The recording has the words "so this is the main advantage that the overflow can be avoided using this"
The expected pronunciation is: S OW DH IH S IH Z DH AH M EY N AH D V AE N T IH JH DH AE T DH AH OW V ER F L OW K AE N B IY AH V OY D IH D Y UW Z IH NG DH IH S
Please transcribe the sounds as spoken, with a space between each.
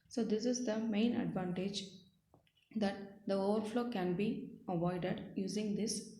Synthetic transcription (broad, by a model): S OW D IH S IH Z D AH M EY N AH D V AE N T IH JH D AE T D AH OW V ER F L OW K AE N B IY AH V OY D IH D Y UW Z IH NG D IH S